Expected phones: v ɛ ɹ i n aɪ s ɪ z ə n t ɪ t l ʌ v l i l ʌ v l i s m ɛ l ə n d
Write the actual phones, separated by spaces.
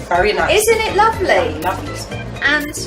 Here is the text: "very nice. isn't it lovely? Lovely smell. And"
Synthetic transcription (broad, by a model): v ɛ ɹ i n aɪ ɪ z ə n t ɪ t l ʌ v l i l ʌ v l i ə n